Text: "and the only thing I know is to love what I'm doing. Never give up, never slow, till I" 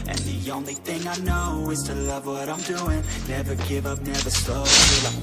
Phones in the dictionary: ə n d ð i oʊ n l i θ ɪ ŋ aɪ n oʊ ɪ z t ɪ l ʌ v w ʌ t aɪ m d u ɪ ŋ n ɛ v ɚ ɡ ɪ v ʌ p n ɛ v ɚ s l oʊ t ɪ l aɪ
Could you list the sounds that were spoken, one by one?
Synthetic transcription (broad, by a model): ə n ð i oʊ n l i θ ɪ ŋ aɪ n oʊ ɪ z t ɪ l ʌ v w ʌ t aɪ m d u ɪ ŋ n ɛ v ɚ ɡ ɪ v ʌ p n ɛ v ɚ s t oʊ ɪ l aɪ